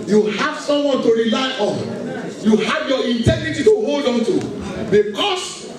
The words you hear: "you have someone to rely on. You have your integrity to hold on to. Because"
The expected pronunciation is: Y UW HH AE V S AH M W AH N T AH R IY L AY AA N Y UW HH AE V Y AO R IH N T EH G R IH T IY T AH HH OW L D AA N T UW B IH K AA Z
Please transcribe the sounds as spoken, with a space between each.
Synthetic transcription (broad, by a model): Y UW HH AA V S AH M W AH N T AH R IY L AY AA N Y UW HH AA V Y AO IH N T EH G R IH T IY T AH HH OW L D AA N T UW B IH K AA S